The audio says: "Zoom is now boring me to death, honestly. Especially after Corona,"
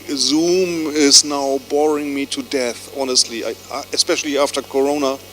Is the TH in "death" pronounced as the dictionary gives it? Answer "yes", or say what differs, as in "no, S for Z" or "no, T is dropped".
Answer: yes